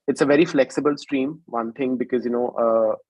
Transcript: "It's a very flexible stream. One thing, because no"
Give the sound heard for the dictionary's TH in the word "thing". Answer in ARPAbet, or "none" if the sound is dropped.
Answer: T